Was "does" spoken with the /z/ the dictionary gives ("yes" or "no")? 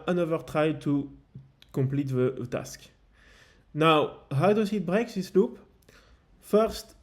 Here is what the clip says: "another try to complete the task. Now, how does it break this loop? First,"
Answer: no